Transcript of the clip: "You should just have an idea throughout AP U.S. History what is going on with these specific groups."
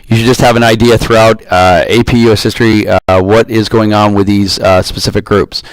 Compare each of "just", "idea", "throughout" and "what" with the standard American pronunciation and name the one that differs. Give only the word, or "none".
none